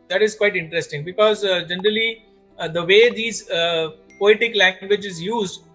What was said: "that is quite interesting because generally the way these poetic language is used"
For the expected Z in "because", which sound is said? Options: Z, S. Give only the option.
Z